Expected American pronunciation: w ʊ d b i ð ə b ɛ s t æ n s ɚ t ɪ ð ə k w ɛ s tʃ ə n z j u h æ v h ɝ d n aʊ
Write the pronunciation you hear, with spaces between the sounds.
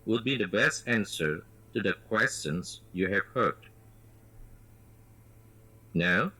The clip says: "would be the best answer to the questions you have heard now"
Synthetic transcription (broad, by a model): w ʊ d b i ð ə b ɛ s t æ n s ɚ t ɪ ð ə k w ɛ s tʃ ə n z j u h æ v h ɝ d n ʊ